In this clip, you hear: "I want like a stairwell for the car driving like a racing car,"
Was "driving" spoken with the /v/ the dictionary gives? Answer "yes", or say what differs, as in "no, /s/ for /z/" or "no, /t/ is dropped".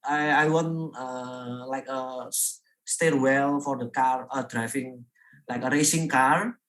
no, /f/ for /v/